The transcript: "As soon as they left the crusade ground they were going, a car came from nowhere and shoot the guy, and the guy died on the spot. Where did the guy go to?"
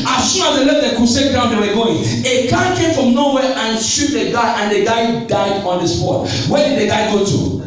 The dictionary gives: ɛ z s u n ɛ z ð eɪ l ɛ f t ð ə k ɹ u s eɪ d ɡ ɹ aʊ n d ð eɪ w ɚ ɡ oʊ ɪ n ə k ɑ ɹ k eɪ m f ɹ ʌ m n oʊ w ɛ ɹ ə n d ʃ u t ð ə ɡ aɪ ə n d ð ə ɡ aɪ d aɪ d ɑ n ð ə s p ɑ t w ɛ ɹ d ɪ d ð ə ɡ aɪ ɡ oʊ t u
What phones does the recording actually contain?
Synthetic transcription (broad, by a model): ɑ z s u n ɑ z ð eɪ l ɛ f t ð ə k u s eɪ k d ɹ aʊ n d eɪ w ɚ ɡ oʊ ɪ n ə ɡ ɑ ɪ k eɪ m f ɹ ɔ m n oʊ w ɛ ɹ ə n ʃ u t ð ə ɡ aɪ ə n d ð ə ɡ aɪ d aɪ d ɑ n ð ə s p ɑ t w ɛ d ɪ d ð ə ɡ aɪ ɡ oʊ t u